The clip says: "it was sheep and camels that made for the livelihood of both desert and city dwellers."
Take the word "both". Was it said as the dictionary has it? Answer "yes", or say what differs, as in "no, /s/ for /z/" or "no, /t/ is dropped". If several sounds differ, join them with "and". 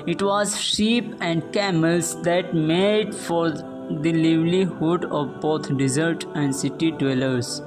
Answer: no, /t/ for /θ/